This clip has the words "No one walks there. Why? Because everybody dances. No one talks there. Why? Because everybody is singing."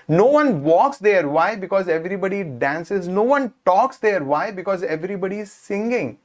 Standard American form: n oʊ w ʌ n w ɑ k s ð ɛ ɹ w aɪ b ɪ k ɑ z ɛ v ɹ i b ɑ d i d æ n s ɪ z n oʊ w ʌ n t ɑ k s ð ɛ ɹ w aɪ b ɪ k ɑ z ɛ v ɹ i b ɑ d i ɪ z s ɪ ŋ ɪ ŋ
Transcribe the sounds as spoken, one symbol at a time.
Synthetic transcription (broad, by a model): n oʊ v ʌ n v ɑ k s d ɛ ɹ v aɪ b ɪ k ɑ z ɛ v ɹ i b ɑ d i d æ n s ɪ z n oʊ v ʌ n t ɑ k s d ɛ ɹ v aɪ b ɪ k ɑ z ɛ v ɹ i b ɑ d i ɪ z s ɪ ŋ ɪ ŋ